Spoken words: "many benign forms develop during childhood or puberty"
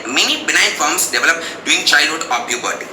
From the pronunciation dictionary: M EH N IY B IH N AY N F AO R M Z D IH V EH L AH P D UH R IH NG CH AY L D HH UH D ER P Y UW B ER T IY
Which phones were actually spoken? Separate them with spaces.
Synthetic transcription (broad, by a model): M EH N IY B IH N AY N F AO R M S D IH V EH L AH P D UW IH NG CH AY L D HH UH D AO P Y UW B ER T